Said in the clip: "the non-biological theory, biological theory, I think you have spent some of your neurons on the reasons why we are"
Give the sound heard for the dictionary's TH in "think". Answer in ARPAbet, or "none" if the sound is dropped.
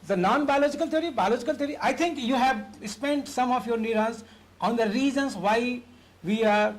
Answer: T